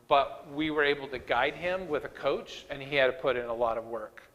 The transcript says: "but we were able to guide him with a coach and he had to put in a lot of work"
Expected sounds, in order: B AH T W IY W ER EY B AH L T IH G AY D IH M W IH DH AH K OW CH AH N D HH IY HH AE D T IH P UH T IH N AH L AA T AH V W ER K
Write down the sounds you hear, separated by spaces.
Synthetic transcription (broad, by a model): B AH T W IY W ER EY B L T IH G AY D IH M W IH DH AH K OW CH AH N IY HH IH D T IH P UH T IH N AH L AA T AH V W ER K